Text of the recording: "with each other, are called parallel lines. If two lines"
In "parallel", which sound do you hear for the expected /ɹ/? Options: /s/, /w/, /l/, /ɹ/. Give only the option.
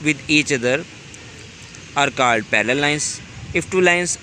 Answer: /l/